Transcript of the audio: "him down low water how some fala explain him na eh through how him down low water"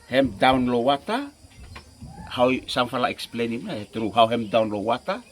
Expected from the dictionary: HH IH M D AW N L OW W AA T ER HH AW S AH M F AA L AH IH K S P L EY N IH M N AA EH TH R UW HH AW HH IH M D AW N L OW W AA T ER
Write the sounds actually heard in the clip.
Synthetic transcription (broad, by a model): HH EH M D AW N L OW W AA T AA HH AW S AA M F AA L AH IH K S P L EY N IH M N AA EH T R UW HH AW HH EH M D AW N L OW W AA T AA